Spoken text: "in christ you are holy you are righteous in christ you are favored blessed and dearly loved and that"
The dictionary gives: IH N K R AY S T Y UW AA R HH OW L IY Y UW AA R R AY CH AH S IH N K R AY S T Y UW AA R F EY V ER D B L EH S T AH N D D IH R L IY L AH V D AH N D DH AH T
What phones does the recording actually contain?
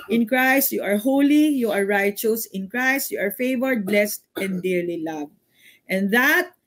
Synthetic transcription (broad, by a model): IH N K R AY S T Y UW AA R HH OW L IY Y UW AA R R AY CH AH S IH N K R AY S T Y UW AA R F EY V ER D B L EH S T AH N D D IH R L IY L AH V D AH N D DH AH T